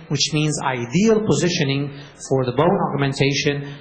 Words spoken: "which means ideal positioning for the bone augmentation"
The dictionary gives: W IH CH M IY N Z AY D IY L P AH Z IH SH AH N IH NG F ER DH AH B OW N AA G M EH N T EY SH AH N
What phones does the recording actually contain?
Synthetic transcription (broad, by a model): W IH CH M IY N Z AY D IY L P AH Z IH SH AH N IH NG F ER DH AH B OW N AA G M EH N T EY SH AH N